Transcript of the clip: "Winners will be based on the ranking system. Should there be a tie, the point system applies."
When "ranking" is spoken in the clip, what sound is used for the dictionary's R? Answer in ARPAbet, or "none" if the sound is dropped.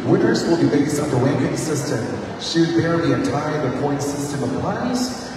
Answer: W